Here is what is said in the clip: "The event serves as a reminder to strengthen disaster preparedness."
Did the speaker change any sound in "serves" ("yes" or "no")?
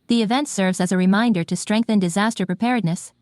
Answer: no